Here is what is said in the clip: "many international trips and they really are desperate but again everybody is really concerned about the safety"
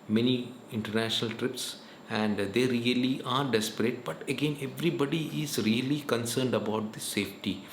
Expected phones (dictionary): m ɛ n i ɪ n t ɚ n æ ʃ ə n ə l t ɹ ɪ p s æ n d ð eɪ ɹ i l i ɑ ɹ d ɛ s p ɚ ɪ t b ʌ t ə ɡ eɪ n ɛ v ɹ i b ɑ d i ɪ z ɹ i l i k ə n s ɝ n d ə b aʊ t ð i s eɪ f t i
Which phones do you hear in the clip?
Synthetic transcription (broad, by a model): m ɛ n i ɪ n t ɚ n æ ʃ ə n ə l t ɹ ɪ p s æ n d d eɪ ɹ i l i ɑ ɹ d ɛ s p ɚ ɪ t b ʌ t ə ɡ eɪ n ɛ v ɹ i b ɑ d i ɪ z ɹ i l i k ə n s ɝ n d ə b aʊ t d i s eɪ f t i